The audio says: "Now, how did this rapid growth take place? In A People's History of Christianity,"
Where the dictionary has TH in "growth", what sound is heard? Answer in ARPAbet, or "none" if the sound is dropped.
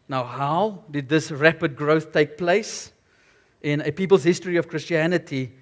TH